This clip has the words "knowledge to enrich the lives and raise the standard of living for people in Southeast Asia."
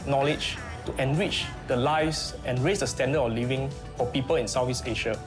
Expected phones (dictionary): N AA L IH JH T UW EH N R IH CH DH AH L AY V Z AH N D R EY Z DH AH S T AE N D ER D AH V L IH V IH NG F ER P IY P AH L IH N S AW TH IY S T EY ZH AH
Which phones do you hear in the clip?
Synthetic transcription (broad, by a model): N AA L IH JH T UW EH N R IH CH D AH L AY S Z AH N R EY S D AH S T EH N D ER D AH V L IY V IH NG F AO P IY P AH L IH N S AW F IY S EY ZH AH